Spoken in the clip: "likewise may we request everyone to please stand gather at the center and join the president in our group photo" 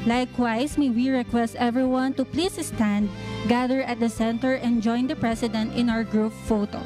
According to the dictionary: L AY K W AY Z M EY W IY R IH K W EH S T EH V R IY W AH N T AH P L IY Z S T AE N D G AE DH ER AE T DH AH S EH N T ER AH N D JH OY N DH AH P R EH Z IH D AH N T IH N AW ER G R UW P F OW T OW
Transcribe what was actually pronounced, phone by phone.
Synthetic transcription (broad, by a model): L AY K W AY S M EY W IY R IH K W EH S T EH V R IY W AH N T AH P L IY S S T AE N D G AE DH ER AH T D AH S EH N T ER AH N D JH OY N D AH P R EH S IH D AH N T IH N AW ER G R UW P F OW T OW